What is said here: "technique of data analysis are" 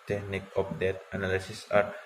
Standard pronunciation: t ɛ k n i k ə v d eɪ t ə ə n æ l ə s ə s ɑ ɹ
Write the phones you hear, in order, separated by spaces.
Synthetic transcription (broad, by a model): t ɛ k n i k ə p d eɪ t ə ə n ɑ l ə s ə s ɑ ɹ